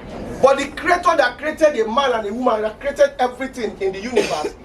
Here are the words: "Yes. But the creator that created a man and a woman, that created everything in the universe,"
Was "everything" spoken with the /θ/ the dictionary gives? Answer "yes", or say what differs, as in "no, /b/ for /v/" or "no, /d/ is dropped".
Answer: no, /t/ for /θ/